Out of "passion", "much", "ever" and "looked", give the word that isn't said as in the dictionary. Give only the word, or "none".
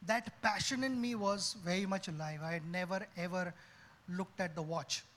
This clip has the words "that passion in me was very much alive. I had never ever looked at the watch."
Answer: none